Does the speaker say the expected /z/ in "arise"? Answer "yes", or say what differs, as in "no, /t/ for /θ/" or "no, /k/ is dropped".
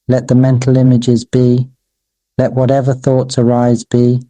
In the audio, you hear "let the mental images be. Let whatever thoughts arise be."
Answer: yes